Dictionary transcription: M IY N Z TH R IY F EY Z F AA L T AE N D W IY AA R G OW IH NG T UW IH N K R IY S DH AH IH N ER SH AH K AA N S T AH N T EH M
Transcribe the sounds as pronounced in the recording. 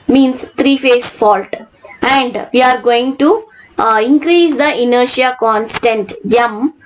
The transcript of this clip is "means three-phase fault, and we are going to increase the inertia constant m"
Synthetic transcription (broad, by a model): M IY N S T R IY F EY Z F AA L T AE N D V IY AA R G OW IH NG T UW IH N K R IY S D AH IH N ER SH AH K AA N S T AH N T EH M